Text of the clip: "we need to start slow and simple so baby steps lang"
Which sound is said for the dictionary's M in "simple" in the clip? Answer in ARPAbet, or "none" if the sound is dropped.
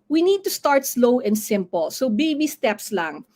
M